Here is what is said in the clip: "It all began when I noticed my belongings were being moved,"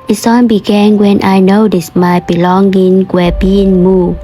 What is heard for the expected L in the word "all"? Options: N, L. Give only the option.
N